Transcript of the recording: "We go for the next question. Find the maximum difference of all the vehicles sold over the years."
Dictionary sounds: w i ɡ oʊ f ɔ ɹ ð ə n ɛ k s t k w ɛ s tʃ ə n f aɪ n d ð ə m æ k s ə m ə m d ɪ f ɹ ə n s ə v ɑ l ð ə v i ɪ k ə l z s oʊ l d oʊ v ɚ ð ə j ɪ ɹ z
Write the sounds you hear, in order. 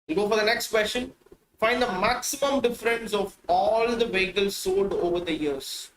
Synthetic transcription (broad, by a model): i ɡ oʊ f ɔ ɹ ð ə n ɛ k s t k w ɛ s ʃ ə n f aɪ n d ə m æ k s ə m ə m d ɪ f ɹ ə n s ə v ɑ l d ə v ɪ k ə l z s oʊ d oʊ v ɚ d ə j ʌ ɹ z